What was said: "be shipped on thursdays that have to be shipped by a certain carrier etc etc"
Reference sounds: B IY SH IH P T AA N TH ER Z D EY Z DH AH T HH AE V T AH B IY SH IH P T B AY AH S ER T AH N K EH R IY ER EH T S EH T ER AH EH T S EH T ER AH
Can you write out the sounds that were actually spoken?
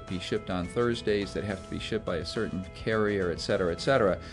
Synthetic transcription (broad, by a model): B IY SH IH P T N TH ER Z D EY Z DH AH T HH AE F T AH B IY SH IH P B AY AH S ER T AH N K EH R IY ER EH T S EH T ER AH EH T S EH T ER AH